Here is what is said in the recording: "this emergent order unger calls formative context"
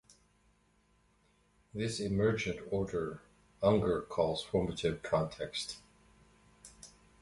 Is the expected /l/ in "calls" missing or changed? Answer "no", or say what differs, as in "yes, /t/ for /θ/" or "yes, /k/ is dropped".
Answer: no